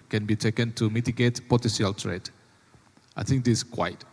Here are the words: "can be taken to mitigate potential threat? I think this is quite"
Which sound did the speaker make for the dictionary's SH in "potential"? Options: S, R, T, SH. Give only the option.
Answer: S